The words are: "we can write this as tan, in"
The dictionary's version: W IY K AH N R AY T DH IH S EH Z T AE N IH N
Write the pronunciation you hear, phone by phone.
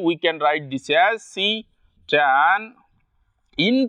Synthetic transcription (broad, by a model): W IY K AH N R AY T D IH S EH S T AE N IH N